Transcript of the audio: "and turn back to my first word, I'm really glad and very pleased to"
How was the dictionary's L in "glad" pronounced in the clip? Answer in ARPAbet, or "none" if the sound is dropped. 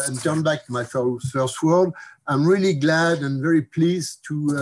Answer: L